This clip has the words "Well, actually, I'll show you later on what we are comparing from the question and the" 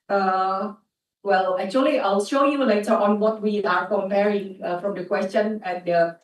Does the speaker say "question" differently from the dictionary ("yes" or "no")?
no